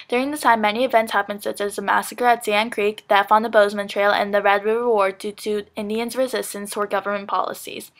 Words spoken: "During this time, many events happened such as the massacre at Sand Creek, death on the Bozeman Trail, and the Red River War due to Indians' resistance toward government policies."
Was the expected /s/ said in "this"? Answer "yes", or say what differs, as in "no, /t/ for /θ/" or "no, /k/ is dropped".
no, /s/ is dropped